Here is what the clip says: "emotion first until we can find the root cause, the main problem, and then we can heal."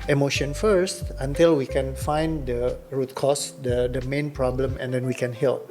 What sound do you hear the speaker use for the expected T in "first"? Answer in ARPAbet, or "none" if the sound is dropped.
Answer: T